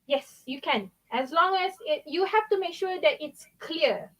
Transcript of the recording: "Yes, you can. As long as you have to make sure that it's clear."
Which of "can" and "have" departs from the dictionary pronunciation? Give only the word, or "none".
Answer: have